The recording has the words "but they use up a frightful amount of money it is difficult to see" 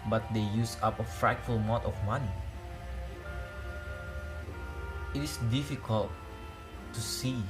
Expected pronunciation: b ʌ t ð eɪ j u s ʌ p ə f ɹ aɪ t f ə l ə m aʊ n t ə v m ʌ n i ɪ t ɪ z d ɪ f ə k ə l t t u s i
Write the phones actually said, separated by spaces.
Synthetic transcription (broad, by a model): b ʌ t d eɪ j u s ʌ p ə f ɹ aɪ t f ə l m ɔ t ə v m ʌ n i ɪ t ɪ s d ɪ f ə k ə l t t u s i